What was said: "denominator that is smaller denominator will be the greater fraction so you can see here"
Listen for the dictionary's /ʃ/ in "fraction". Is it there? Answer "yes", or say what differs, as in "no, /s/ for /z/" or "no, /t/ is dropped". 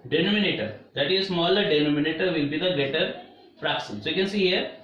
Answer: no, /s/ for /ʃ/